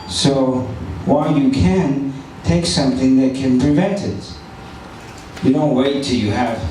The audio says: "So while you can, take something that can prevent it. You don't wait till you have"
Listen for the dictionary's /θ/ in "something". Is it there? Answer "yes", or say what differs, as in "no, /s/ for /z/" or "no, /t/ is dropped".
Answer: yes